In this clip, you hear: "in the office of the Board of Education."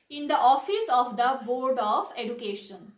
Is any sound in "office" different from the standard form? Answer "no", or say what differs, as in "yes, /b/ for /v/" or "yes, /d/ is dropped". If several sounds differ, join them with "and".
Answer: no